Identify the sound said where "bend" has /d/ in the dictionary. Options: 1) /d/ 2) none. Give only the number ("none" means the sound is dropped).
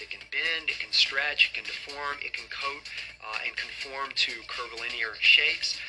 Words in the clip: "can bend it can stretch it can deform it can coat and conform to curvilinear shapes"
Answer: 1